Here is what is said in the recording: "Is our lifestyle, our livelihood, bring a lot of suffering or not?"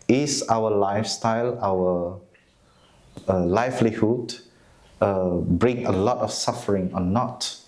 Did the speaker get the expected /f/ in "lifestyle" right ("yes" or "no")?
yes